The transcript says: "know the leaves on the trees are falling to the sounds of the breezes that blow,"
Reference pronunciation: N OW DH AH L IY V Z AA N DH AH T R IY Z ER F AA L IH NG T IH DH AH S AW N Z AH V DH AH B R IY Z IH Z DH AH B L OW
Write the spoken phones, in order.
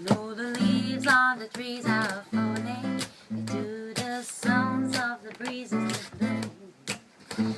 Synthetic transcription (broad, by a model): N OW DH AH L IY V Z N DH AH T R IY Z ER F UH N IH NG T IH DH AH S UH N Z AH V DH AH B R IY Z IH Z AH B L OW